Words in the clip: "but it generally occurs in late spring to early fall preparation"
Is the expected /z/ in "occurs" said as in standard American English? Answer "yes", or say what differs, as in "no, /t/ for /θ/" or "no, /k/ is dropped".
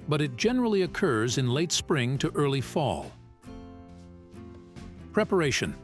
yes